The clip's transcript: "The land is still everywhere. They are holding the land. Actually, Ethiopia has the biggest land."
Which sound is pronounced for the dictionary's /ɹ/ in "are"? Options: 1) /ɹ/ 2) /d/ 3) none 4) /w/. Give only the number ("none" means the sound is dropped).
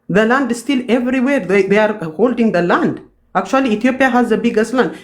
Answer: 1